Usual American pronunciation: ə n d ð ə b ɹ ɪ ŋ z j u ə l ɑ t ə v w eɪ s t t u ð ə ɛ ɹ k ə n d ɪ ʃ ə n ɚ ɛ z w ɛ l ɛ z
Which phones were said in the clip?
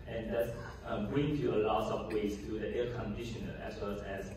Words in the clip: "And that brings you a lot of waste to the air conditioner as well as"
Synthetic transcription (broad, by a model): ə n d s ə b ɹ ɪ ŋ j u ə l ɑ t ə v w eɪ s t t u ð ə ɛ k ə n d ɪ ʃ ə n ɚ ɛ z w ɛ l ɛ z